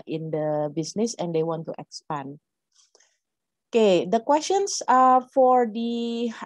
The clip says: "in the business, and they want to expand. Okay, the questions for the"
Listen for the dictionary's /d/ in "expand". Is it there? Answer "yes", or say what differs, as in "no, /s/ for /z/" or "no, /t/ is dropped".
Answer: no, /d/ is dropped